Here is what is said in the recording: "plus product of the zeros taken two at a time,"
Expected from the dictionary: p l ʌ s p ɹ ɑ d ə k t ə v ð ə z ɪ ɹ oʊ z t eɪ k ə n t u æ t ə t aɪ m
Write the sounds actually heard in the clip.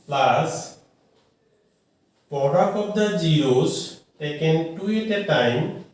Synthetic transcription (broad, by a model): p l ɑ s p ɑ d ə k ə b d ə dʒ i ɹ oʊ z t eɪ k ə n t u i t ə t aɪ m